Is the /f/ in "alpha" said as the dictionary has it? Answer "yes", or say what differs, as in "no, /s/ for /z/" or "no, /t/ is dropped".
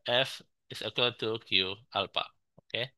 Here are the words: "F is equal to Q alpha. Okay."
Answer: no, /p/ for /f/